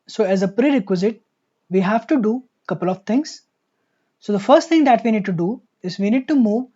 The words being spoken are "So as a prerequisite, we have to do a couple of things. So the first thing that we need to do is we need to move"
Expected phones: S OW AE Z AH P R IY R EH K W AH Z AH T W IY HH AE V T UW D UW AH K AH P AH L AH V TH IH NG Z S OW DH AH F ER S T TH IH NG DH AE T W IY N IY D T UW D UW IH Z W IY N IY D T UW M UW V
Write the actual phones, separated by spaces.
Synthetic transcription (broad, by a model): S OW AE Z AH P R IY R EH K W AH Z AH T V IY HH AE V T UW D UW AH K AH P AH L AH V T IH NG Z S OW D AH F ER S T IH NG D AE T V IY N IY D T UW D UW IH Z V IY N IY D T UW M UW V